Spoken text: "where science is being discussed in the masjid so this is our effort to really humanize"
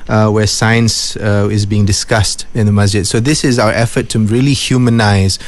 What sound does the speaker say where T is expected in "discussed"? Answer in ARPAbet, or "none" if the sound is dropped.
T